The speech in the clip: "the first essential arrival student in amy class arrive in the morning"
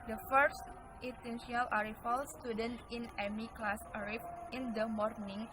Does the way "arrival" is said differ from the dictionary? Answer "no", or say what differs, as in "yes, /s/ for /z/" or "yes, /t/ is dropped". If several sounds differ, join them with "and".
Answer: yes, /f/ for /v/